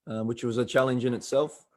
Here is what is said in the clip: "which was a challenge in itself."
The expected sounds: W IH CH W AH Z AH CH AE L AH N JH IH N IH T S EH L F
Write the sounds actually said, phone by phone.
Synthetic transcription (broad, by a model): W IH CH W AH Z AH CH AE L AH N JH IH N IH T S EH L F